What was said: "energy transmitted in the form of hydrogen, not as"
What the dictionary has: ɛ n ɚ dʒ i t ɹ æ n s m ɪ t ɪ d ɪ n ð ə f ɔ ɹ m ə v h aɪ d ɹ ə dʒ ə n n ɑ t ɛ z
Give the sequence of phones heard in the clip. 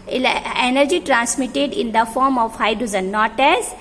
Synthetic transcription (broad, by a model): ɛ n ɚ dʒ i t ɹ æ n s m ɪ t ɪ d ɪ n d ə f ɔ ɹ m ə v h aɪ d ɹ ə z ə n n ɑ t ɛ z